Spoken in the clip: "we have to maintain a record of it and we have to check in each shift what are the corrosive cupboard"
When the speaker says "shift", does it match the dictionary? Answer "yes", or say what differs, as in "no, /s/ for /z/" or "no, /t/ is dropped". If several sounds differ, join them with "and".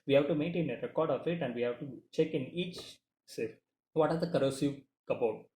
no, /s/ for /ʃ/